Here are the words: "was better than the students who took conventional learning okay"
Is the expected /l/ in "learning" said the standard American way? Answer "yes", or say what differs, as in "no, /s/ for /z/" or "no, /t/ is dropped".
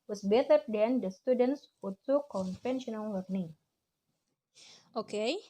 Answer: no, /w/ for /l/